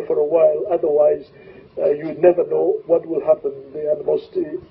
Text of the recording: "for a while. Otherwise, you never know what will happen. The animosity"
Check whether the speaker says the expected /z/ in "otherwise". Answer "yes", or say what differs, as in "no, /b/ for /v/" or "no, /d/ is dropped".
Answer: yes